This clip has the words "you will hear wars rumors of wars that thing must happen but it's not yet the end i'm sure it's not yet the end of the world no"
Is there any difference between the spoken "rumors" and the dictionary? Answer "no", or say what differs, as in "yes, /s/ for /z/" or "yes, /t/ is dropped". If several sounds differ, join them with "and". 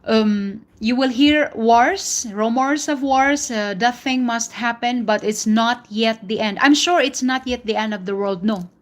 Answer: yes, /s/ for /z/